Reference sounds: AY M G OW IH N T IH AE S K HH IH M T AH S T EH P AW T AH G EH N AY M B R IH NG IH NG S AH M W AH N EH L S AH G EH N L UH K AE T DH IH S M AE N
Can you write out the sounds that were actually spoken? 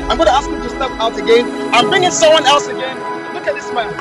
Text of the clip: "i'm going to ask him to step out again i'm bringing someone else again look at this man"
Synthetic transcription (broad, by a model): AY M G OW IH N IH AE S K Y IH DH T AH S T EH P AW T AH G EH N AY M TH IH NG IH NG S AH M W AH N EH L S AH G EH N L UH K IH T DH IH S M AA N